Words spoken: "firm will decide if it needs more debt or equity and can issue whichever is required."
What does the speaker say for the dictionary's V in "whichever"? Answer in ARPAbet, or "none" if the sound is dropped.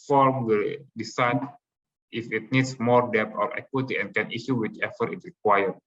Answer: F